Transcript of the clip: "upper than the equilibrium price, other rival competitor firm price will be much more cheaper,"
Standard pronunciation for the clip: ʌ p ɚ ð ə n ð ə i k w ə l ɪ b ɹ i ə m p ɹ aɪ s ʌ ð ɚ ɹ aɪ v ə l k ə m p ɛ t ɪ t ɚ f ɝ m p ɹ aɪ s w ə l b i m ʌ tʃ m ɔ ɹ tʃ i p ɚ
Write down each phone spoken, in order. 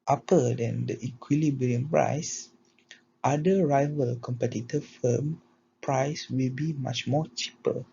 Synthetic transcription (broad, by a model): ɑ p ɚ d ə n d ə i k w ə l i b ɹ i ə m p ɹ aɪ s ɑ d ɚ ɹ aɪ v ə l k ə m p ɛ t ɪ t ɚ f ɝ m p ɹ aɪ s w ə l b i m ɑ tʃ m ɔ tʃ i p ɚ